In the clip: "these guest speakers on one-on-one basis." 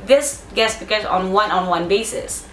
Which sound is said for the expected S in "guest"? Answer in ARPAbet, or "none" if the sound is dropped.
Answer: none